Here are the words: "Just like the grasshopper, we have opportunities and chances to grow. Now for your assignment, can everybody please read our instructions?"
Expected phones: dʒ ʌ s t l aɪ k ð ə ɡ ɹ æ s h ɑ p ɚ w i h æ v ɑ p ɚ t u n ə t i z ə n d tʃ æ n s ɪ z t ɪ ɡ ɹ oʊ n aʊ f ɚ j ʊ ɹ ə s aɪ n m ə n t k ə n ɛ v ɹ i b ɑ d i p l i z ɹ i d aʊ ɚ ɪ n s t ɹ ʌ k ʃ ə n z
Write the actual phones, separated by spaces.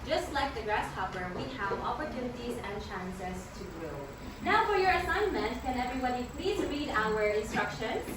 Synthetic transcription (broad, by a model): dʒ ʌ s t l aɪ k ð ə ɡ ɹ æ s h ɑ p ɚ w i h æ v ɑ p ɚ t u n ə t i z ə n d tʃ æ n s ɪ z t ɪ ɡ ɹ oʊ n aʊ f ɚ j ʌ ɹ ə s aɪ n m ə n t k ə n ɛ v ɹ i b ɑ d i p l i z ɹ i d aʊ ɚ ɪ n s t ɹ ʌ k ʃ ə n